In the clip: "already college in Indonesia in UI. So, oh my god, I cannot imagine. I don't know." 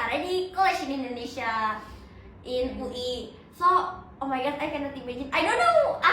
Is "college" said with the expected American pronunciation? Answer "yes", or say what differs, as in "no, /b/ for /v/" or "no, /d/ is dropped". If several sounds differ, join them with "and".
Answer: no, /ʃ/ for /dʒ/